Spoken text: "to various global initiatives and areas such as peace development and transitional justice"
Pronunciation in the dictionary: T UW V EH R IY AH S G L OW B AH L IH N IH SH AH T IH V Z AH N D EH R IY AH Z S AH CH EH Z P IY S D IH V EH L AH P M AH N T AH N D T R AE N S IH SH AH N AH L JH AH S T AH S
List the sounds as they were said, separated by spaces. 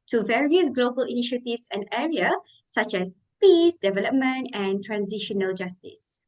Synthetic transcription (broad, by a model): T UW V EH R IY AH S G L OW B AH L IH N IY SH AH T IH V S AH N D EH R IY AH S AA CH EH S P IY S D IH V EH L AH P M AH N T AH N T R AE N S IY SH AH N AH L JH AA S T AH S